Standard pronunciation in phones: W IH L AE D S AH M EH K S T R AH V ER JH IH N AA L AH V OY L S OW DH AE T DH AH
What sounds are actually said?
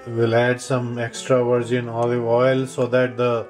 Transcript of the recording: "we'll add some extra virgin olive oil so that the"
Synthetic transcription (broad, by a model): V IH L AE D S AH M EH K S T R AH V ER JH IH N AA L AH IH L S OW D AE T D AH